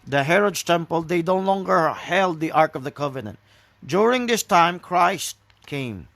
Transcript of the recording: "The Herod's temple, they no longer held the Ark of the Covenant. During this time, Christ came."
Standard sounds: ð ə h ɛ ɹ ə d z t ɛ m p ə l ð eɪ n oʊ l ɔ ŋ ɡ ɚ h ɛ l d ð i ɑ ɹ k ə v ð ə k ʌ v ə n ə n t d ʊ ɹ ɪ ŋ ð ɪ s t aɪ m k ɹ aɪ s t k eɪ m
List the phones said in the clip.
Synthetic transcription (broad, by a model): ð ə h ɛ ɹ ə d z t ɛ m p ə l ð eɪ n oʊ l ɔ ŋ ɡ ɚ h ɛ l d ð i ɑ ɹ k ə v ð ə k ʌ v ə n ə n t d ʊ ɹ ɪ ŋ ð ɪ s t aɪ m k ɹ aɪ s t k eɪ m